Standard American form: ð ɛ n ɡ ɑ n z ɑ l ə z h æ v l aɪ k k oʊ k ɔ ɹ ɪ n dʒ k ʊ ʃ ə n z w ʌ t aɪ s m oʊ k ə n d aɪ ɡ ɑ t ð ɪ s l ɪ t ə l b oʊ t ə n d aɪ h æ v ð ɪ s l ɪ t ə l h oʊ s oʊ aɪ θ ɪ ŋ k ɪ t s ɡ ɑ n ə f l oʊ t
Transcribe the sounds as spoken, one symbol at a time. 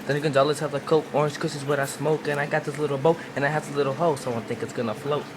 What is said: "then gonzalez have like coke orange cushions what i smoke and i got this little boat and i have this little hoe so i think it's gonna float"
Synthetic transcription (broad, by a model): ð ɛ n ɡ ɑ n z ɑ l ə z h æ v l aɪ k k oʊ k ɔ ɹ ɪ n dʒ k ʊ s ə z w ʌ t aɪ s m oʊ k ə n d aɪ ɡ ɑ t ð ɪ s l ɪ t l b oʊ t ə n aɪ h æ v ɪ l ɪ t l h oʊ s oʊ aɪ θ ɪ ŋ k ɪ t s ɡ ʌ n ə f l oʊ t